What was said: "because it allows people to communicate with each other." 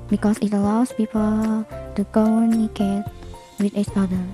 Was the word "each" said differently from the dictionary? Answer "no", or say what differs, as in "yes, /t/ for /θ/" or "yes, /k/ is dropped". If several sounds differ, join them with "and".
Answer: yes, /s/ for /tʃ/